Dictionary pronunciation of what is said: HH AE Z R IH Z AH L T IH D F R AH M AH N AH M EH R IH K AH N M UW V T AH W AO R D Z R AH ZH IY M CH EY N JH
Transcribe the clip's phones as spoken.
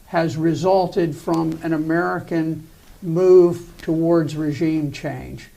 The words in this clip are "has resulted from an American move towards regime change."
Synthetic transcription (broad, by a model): HH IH Z R IH Z AH L T IH D F R AH M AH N AH M EH R IH K AH N M UW V T AH W AO R D Z R AH ZH IY M CH EY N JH